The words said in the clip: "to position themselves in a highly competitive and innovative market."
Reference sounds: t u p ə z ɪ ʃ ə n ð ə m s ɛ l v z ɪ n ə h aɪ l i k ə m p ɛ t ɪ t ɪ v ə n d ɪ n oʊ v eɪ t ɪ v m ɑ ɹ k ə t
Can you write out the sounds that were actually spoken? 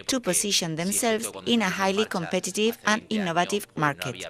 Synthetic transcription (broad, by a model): t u p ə s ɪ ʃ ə n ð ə m s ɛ l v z ɪ n ə h aɪ l i k ə m p ɛ t ɪ t ɪ v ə n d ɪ n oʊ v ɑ t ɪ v m ɑ ɹ k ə t